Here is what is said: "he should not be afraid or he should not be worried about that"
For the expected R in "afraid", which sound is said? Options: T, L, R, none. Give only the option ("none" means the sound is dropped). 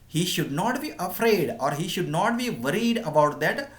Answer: R